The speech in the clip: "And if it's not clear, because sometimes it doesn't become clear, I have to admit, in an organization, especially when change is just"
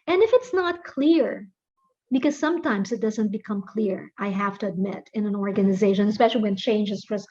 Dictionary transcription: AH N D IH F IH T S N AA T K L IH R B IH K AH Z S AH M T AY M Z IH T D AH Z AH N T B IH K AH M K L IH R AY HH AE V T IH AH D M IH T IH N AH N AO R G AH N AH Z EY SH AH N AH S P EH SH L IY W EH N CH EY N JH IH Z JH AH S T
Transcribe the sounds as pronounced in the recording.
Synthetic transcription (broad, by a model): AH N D IH F IH T S N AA T K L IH R B IH K AH Z S AH M T AY M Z IH T D AH Z AH N T B IH K AH M K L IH R AY HH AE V T IH AH D M IH T IH N AH N AO R G AH N AH Z EY SH AH N AH S P EH SH L IY W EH N CH EY N JH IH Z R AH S